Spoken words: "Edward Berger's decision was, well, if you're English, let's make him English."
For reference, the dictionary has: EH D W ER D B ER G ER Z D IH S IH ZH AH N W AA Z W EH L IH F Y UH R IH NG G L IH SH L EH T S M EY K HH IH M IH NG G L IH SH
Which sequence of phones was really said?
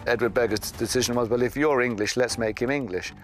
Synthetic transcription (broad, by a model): EH D W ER D B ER G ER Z D IH S IH ZH AH N W AA Z W EH L IH F Y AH R IH NG G L IH SH L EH T S M EY K HH IH M IH NG G L IH SH